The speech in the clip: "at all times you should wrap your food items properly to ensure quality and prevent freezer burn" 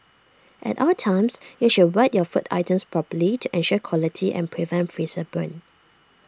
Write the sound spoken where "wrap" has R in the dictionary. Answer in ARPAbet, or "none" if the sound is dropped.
W